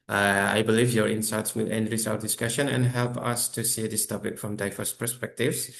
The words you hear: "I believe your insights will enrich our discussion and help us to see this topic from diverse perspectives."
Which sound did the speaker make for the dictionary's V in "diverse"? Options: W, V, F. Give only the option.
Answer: F